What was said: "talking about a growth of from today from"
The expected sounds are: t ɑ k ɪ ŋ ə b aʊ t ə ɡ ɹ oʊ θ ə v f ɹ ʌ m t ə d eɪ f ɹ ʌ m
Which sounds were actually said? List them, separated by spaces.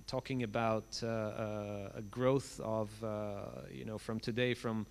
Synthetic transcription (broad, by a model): t ɑ k ɪ ŋ ə b aʊ t ə ɡ ɹ oʊ θ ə v f ɹ ʌ m t ə d eɪ f ɹ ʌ m